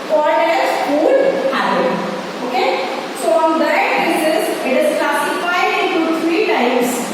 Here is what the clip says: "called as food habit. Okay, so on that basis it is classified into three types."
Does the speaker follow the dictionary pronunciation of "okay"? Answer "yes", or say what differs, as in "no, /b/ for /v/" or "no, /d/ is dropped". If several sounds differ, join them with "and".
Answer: yes